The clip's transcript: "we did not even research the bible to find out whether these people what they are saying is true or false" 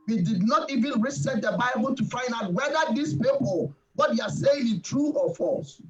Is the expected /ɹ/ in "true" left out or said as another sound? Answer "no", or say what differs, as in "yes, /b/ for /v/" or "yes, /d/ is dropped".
no